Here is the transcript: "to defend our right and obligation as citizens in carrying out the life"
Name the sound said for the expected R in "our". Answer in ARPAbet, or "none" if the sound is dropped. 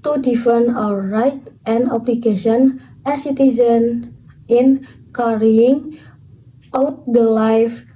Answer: W